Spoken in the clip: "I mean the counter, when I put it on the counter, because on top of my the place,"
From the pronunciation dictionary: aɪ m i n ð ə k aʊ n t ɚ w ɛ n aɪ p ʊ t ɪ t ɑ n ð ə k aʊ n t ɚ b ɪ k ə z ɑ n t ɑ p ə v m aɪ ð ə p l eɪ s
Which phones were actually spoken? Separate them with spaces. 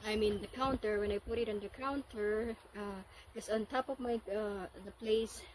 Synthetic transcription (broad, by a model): aɪ m i n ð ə k aʊ n t ɚ w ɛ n aɪ p ʊ t ɪ t ɑ n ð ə k aʊ n t ɚ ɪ ə s ɑ n t ɑ p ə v m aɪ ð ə p l eɪ s